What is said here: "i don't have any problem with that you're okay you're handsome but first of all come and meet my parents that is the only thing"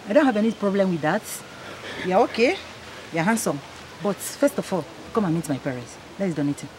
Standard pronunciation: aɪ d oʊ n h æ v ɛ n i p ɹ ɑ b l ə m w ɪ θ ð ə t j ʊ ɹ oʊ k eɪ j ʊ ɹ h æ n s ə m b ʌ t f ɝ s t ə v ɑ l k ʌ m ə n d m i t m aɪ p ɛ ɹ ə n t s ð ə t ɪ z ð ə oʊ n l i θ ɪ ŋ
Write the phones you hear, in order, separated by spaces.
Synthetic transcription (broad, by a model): aɪ d oʊ n h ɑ v ɛ n i p ɹ ɑ b l ə m w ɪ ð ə t j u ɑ oʊ k eɪ j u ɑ h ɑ n s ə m b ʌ t f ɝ s t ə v ɑ l k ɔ m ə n m i t m aɪ p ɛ ɹ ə n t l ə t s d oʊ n i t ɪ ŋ